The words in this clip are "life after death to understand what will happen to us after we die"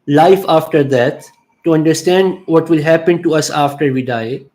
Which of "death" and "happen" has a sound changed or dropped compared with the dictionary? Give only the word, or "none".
death